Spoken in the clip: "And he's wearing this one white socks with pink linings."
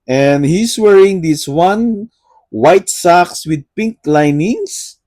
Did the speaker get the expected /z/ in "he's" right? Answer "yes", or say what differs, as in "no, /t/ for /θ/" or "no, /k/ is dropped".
no, /s/ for /z/